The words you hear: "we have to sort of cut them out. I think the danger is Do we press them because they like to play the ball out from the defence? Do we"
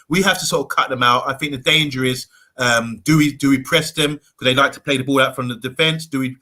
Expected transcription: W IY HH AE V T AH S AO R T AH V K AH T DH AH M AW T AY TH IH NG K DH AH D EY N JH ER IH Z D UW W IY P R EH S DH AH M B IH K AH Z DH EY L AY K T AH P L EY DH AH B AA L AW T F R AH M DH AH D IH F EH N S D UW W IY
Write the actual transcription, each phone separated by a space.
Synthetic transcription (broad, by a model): W IY HH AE F T AH S AO R T AH V K AH T DH AH M AW T AY TH IH NG K DH AH D EY N JH ER IH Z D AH W IY P R EH S DH AH M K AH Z DH EY L AY K T AH P L EY DH AH B AA L AW T F R AH M DH AH D IH F EH N S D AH W IY